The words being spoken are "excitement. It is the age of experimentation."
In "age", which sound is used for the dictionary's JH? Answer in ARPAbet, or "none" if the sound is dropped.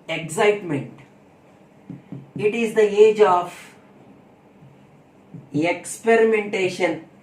JH